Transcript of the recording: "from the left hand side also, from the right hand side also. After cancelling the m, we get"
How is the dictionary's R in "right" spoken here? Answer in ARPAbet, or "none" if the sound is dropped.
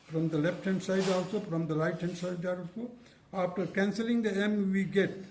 L